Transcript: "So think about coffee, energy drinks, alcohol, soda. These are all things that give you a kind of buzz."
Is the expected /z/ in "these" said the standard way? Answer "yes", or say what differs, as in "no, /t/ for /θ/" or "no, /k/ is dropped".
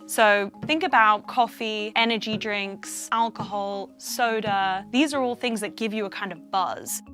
yes